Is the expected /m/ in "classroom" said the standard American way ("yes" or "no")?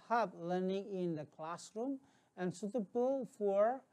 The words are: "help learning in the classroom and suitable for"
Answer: yes